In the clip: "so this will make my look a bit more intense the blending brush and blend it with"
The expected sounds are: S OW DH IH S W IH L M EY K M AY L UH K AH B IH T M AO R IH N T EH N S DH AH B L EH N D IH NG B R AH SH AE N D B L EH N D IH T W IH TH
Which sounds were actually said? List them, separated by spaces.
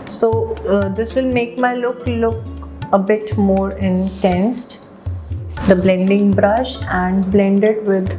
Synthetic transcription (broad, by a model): S OW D IH S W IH L M EY K M AY L UH K AH B IH T M AO R IH N T EH N S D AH B L EH N D IH NG B R AH SH AE N D B L EH N D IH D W IH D